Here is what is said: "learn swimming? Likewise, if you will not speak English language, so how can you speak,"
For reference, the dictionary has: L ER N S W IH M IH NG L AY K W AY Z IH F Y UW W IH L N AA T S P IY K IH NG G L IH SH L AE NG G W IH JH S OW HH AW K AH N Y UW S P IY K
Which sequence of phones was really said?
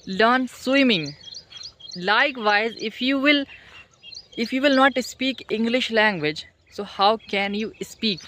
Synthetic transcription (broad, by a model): L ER N S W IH M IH NG L AY K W AY Z IH F Y UW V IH L N AA T S P IY K IH NG G L IH SH L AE NG G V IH JH S OW HH AW K AH N Y UW S P IY K